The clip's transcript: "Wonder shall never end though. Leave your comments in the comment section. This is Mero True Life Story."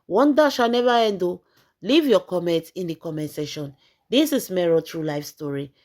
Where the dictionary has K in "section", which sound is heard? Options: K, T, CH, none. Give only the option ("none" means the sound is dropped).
none